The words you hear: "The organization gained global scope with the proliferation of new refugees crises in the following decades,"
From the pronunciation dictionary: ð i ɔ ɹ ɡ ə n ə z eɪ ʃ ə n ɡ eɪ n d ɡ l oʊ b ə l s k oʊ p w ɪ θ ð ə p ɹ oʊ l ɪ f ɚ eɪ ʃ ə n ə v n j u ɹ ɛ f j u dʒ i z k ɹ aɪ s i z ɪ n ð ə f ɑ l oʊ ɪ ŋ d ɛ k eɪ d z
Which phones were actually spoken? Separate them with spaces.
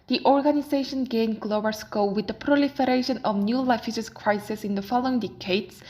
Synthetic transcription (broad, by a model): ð i ɔ ɹ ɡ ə n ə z eɪ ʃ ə n ɡ eɪ n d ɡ l oʊ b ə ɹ s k oʊ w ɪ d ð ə p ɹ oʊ l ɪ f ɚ eɪ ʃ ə n ə v n j u l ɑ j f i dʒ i s k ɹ aɪ s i s ɪ n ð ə f ɑ l oʊ ɪ ŋ d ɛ k eɪ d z